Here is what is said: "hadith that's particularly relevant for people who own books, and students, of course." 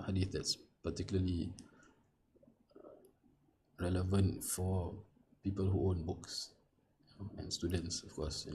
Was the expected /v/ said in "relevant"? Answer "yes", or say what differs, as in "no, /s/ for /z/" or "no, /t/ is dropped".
yes